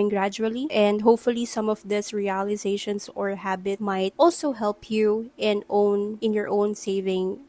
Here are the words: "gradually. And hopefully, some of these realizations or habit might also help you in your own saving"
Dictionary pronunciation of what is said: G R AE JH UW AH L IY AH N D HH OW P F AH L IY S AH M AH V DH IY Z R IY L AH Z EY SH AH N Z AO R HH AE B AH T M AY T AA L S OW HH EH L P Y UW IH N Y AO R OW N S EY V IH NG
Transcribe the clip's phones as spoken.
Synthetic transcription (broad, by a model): G R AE JH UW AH L IY AH N D HH OW P F AH L IY S AH M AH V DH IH S R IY L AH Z EY SH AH N S AO R HH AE B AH T M AY T AA L S OW HH EH L P Y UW IH N Y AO R OW N S EY V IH NG